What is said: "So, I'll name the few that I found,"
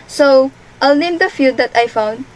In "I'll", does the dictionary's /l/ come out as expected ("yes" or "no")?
yes